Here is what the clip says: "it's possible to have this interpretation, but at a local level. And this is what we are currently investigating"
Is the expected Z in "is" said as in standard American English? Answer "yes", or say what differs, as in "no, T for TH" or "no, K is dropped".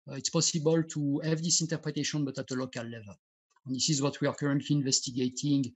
yes